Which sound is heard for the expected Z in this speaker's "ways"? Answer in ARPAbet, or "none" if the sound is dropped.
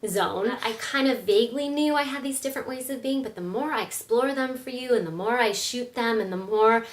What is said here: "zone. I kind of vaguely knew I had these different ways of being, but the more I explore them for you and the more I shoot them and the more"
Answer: Z